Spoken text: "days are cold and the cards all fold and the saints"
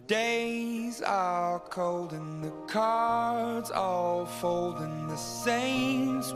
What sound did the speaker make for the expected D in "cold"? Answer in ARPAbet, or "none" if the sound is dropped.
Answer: D